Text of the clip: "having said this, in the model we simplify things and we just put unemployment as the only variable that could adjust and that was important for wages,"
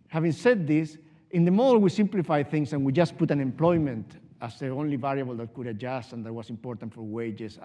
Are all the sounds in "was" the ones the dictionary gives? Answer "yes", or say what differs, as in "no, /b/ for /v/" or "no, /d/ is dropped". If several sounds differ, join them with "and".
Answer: no, /s/ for /z/